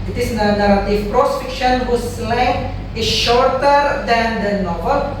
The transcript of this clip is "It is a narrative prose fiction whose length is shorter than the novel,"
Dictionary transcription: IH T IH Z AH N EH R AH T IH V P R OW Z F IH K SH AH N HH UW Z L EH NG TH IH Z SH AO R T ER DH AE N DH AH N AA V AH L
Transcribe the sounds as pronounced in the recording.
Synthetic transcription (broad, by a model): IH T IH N AH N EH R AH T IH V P R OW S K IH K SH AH N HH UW S L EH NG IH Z SH AO R T ER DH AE N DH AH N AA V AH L